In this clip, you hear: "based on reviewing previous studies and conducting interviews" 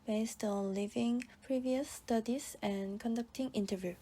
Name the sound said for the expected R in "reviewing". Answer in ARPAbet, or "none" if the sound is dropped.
L